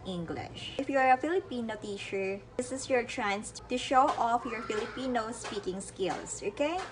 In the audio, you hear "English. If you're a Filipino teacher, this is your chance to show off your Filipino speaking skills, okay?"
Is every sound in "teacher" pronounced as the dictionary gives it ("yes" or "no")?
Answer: no